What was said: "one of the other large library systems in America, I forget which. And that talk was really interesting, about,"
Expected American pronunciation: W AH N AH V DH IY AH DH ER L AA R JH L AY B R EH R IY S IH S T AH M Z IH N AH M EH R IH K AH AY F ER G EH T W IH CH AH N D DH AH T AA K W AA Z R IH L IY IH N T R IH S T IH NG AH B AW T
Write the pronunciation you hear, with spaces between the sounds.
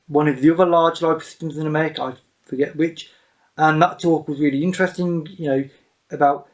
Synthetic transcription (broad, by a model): W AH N AH V DH IY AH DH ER L AA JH L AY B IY S IH S T AH M Z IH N AH M EH R IH K AH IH F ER G EH T W IH CH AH N DH AH T AA K W AA Z R IH L IY IH N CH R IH S T IH NG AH B AW T